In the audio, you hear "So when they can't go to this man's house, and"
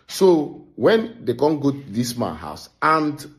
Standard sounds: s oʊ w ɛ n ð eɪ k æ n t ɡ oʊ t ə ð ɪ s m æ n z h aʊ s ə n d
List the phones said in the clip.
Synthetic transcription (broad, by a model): s oʊ w ɛ n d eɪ k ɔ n ɡ oʊ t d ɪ s m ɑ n h aʊ s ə n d